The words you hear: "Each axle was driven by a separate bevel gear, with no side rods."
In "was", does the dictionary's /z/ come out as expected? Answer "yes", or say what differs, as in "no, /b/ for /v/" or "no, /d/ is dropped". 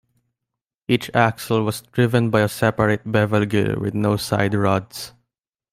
no, /s/ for /z/